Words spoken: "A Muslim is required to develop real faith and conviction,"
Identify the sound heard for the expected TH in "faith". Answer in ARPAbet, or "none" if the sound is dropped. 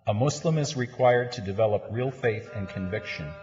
TH